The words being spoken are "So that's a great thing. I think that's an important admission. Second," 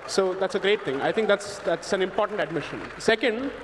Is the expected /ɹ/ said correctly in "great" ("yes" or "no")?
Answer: yes